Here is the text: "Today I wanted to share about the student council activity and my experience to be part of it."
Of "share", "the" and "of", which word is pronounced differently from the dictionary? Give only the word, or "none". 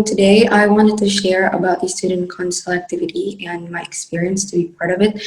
none